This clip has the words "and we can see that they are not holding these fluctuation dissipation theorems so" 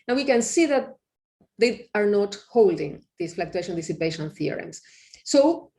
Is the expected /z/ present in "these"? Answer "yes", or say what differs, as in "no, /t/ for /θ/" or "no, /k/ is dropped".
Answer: no, /s/ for /z/